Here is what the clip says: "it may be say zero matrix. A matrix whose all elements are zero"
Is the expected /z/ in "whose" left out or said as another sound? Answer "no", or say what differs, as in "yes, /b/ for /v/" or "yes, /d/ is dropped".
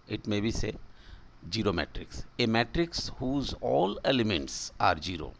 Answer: no